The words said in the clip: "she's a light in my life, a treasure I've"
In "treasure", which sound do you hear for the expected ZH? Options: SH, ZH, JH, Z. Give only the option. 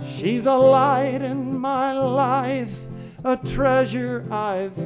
ZH